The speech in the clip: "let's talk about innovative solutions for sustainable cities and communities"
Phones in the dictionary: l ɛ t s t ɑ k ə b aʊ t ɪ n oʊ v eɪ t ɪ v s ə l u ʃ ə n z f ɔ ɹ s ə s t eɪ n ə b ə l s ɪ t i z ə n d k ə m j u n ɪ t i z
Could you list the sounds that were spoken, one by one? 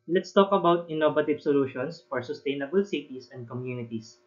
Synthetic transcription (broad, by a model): l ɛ t s t ɑ k ə b aʊ t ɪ n oʊ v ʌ t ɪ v s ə l u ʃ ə n s f ɔ ɹ s ə s t eɪ n ə b ə l s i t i s ə n d k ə m j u n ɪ t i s